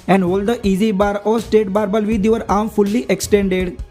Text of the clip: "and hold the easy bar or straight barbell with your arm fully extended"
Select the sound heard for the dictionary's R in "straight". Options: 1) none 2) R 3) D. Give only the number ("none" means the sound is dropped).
1